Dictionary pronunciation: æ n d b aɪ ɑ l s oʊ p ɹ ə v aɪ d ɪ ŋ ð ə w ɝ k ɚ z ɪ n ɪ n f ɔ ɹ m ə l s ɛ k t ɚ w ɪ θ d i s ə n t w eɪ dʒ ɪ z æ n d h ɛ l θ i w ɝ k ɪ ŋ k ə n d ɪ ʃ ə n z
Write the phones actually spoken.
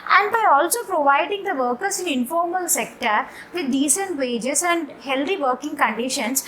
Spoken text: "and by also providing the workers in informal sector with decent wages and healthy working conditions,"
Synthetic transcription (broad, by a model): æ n d b aɪ ɑ l s oʊ p ɹ ə v aɪ d ɪ ŋ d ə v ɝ k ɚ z ɪ n ɪ n f ɔ ɹ m ə l s ɛ k t ɚ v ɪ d d i s ə n t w eɪ dʒ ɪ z æ n d h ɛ l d i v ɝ k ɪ ŋ k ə n d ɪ ʃ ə n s